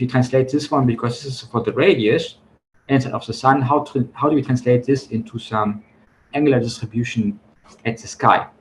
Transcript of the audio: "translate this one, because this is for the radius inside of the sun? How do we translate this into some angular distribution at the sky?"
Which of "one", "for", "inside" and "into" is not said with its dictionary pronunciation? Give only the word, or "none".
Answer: inside